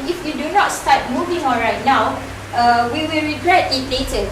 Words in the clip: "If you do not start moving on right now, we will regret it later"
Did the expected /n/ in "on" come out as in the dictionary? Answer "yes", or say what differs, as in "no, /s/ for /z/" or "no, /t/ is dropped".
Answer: no, /l/ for /n/